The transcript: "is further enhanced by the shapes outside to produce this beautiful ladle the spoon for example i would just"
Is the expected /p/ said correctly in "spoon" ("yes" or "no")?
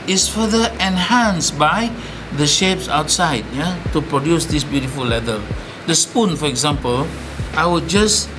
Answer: yes